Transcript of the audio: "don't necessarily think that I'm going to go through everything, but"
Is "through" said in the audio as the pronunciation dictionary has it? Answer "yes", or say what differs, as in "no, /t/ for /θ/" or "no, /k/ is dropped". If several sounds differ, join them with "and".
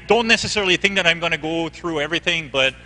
yes